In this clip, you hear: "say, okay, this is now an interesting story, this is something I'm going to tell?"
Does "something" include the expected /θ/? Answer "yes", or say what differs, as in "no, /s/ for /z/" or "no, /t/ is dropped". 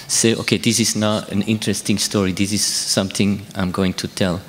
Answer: yes